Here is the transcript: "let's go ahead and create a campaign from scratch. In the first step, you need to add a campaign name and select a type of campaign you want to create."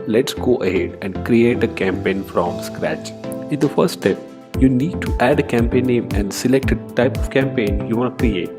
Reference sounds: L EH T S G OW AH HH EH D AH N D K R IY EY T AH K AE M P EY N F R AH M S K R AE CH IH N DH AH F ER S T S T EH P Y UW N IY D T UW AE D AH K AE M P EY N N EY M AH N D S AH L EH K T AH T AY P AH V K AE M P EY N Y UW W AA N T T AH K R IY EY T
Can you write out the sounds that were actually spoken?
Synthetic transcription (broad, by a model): L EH T S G OW AH HH EH D AH N D K R IY EY T AH K AE M P EY N F R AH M S K R AE CH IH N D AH F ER T S T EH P Y UW N IY D T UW AE D AH K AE M P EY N N EY M AH N D S AH L EH K T AH T AY P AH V K AE M P EY N Y UW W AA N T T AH K R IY EY T